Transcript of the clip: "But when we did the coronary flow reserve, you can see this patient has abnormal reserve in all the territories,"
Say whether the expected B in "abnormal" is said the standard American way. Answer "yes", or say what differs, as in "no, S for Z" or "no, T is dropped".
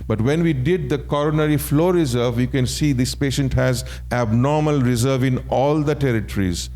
yes